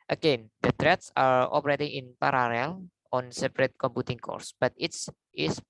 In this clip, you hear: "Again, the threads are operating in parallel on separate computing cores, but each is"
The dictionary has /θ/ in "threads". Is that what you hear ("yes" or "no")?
no